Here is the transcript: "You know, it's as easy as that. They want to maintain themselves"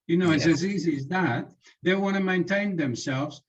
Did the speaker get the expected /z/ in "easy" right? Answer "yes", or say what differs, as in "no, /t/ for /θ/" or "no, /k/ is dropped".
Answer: yes